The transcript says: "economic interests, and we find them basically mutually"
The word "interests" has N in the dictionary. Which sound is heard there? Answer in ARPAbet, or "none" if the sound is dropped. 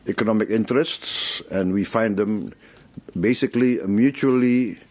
N